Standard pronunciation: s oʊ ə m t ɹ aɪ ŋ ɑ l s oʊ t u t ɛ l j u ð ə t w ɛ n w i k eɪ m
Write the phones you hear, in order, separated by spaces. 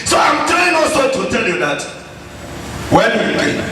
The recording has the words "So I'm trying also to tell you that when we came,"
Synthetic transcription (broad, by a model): s oʊ ə m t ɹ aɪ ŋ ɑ s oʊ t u t ɛ l j u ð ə t w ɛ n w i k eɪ